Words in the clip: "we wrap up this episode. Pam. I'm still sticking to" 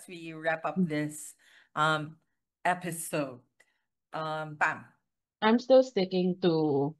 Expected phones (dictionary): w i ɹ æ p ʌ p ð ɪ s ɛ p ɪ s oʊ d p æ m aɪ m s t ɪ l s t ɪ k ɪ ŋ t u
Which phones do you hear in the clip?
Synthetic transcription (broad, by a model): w i ɹ æ p ʌ p ð ɪ s ɛ p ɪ s oʊ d b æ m aɪ m s t ɪ l s t ɪ k ɪ ŋ t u